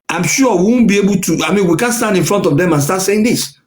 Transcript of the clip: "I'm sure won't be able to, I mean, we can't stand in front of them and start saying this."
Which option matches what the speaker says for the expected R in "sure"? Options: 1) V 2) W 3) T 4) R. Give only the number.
2